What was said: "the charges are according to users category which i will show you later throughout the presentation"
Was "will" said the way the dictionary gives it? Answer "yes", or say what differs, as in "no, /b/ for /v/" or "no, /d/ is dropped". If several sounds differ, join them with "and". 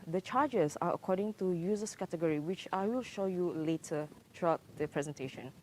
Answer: yes